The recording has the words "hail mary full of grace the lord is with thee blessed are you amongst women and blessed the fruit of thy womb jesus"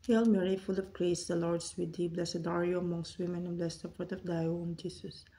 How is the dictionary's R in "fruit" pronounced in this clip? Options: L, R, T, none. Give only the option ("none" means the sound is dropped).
none